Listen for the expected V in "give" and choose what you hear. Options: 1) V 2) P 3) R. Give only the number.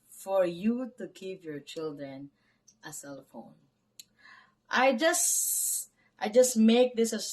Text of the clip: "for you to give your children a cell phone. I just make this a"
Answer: 2